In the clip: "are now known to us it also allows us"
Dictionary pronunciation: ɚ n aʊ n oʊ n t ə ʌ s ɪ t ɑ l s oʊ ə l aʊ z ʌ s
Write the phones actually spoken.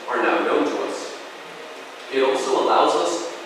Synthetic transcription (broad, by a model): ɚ n aʊ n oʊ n t ə ʌ s ɪ t ɑ l s oʊ ə l aʊ z ʌ s